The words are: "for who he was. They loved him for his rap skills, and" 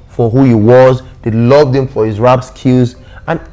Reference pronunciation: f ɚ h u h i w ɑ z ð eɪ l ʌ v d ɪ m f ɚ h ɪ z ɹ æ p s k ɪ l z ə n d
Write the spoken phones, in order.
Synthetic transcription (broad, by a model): f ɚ h u h i w ɑ z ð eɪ l ʌ v d ɪ m f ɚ h ɪ z ɹ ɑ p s k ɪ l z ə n